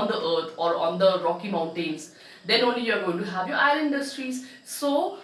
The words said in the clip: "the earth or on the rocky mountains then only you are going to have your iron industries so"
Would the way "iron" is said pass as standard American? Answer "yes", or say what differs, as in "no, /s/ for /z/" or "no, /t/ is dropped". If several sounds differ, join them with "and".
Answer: no, /l/ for /n/